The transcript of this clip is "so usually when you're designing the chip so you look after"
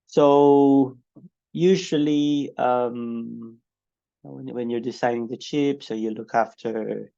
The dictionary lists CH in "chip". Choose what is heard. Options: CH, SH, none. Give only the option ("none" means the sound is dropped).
CH